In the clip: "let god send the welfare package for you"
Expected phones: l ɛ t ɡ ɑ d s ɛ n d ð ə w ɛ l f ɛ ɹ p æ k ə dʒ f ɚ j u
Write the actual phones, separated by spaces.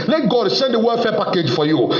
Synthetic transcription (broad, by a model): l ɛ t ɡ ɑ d s ɛ n d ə w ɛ f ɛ p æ k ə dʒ f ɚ j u